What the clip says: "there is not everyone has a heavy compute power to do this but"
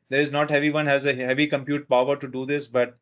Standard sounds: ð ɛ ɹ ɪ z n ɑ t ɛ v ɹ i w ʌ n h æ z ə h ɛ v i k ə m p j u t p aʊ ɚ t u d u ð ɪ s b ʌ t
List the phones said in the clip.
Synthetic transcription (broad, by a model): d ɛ ɹ ɪ z n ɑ t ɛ v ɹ i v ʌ n h æ z ə h ɛ v i k ə m p j u t p aʊ ɚ t u d u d ɪ s b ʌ t